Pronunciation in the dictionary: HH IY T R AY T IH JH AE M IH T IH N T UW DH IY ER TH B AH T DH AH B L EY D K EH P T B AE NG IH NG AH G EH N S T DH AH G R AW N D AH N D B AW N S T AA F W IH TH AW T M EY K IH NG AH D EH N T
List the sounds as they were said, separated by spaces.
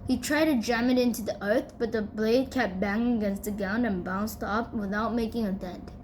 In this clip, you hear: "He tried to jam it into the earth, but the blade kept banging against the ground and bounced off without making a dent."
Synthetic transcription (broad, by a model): HH IY T R AY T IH JH AE M IH T IH N T UW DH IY ER TH B AH T DH AH B L EY D K EH P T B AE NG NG AH G EH N S T DH AH G AW N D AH N B AW N S T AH P W IH TH AW T M EY K IH NG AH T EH N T